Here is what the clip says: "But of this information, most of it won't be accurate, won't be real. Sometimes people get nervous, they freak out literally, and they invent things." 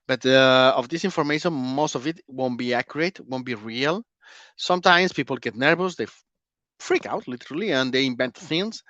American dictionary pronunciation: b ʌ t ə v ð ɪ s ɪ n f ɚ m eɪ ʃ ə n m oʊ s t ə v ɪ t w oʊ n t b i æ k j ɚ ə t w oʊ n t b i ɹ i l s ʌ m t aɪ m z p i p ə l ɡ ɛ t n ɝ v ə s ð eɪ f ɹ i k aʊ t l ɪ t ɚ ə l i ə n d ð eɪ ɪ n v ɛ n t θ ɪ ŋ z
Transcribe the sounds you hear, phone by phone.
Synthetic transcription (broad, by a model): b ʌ t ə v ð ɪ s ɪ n f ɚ m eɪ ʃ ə n m oʊ s t ə v ɪ t w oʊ n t b i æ k j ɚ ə t w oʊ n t b i ɹ i l s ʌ m t aɪ m s p i p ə l ɡ ɛ t n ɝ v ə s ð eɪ f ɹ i k aʊ t l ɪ t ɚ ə l i ə n d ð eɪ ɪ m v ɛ n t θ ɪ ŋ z